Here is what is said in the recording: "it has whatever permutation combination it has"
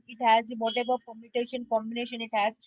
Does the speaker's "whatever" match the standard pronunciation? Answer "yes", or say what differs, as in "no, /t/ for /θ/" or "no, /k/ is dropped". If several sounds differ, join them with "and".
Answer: no, /b/ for /v/